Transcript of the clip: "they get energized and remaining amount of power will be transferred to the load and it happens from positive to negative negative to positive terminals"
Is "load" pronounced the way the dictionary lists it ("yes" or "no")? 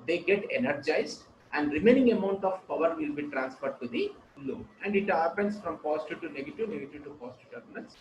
no